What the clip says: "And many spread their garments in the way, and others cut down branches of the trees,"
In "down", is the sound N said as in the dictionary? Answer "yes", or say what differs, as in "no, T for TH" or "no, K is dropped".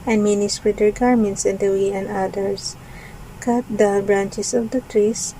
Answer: no, L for N